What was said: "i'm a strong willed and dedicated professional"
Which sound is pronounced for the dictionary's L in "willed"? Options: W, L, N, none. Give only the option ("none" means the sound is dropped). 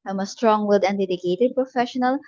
none